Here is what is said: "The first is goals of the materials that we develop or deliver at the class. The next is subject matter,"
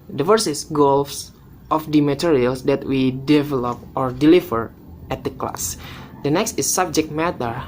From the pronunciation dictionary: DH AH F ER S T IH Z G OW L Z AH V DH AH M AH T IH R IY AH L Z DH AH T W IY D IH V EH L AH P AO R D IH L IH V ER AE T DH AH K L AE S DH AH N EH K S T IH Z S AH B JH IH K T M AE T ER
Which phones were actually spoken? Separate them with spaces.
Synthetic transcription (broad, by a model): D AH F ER S IH S G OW L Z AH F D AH M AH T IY R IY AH L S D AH T W IY D IH V EH L AH P AO R D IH L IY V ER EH T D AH K L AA S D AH N EH K S T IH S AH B JH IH K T M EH T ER